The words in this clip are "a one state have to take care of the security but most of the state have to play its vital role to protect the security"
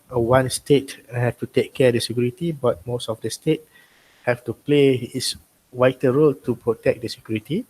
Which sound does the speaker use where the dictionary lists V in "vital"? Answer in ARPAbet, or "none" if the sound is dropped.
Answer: W